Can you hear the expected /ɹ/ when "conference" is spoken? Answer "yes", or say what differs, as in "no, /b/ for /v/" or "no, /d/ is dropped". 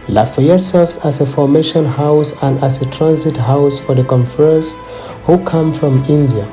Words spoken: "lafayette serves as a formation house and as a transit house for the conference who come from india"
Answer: no, /ɹ/ is dropped